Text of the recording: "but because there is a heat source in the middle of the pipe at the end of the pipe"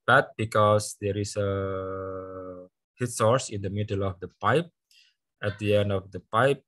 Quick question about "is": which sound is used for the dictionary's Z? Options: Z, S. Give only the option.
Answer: S